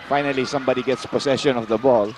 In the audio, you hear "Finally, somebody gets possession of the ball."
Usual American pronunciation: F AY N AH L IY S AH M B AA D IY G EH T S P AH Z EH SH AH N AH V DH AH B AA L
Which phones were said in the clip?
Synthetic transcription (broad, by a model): F AY N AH L IY S AH M B AA D IY G EH T S P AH S EH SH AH N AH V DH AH B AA L